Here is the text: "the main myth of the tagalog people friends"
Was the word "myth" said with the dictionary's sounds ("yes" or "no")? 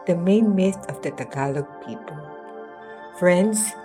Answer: no